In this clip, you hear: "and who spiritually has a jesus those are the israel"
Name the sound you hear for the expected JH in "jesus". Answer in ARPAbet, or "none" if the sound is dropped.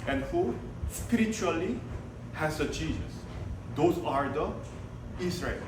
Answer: CH